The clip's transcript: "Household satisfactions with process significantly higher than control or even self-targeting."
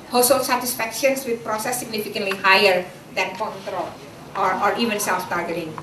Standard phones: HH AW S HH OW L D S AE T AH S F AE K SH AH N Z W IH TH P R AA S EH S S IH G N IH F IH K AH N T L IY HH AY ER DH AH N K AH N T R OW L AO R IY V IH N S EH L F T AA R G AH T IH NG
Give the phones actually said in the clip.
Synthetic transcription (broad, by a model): HH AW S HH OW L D S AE T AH S F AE K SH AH N S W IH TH P R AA S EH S S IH G N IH F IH K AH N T L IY HH AY ER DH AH N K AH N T R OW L AO R IY V IH N S EH L F T AA R G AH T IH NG